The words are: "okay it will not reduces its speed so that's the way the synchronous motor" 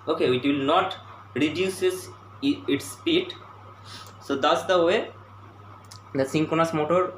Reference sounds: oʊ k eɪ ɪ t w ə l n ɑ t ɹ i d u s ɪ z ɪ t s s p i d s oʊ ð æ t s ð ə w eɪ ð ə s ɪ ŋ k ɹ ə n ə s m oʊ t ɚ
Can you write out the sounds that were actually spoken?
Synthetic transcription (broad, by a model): oʊ k eɪ ɪ t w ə l n ɑ t ɹ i d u s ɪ s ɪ t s s p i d s oʊ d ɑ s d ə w eɪ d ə s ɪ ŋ k ə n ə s m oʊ t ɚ